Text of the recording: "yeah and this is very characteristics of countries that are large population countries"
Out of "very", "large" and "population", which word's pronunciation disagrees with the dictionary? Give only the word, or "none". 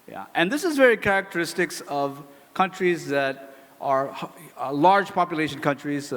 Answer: none